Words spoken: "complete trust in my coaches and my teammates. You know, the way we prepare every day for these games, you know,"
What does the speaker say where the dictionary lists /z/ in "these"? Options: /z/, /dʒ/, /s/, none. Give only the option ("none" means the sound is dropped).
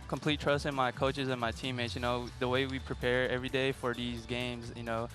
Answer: /z/